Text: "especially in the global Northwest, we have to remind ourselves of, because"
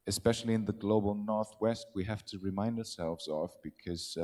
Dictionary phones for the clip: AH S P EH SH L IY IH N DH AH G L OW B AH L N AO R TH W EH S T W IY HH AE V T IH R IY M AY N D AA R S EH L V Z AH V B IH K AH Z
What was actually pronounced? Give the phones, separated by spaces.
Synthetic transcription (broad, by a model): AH S P EH SH L IY IH N DH AH G L OW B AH L N AO R TH W EH S T W IY HH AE F T IH R IY M AY N D AA R S EH L V Z AH V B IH K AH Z